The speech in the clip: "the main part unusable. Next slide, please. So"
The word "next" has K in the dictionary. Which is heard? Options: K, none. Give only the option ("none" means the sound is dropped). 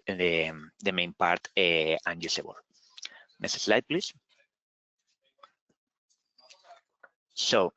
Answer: none